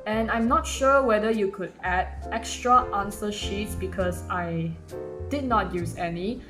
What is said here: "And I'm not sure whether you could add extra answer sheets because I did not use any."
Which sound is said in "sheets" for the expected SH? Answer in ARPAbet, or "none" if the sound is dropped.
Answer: SH